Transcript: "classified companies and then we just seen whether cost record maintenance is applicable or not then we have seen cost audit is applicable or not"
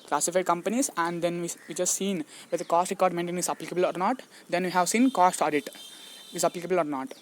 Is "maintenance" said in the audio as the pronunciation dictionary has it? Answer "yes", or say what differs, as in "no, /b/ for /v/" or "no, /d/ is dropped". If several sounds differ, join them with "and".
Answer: no, /n/ is dropped and /s/ is dropped